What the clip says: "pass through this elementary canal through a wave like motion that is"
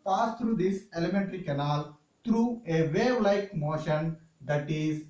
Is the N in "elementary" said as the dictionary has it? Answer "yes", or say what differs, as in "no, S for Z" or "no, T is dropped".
yes